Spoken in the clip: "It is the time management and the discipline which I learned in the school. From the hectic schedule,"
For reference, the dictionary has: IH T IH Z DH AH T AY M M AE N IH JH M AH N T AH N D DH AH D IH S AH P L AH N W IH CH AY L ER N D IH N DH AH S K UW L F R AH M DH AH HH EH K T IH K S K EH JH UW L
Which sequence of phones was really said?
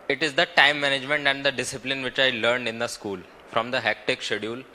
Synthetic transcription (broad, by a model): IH T IH Z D AH T AY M M AE N IH JH M AH N T AH N D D AH D IH S AH P L AH N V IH CH AY L ER N D IH N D AH S K UW L F R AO M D AH HH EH K T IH K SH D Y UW L